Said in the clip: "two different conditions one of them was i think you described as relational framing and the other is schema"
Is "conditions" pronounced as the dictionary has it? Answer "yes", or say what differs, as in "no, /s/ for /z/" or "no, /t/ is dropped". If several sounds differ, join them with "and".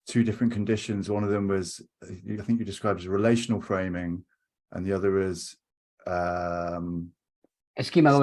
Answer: yes